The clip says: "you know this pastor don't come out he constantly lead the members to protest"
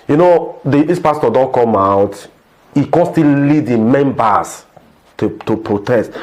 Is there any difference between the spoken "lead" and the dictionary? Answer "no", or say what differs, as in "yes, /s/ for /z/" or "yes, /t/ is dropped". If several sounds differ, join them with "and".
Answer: no